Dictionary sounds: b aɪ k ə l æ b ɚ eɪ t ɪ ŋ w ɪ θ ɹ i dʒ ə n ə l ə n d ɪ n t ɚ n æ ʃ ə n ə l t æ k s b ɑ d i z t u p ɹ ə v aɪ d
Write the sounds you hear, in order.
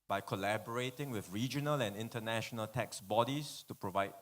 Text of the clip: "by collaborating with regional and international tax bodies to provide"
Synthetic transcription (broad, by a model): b aɪ k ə l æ b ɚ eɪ t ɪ ŋ w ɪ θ ɹ i dʒ ə n ə l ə n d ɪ n t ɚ n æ ʃ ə n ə l t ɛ k s b ɑ d i s t u p ɹ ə v aɪ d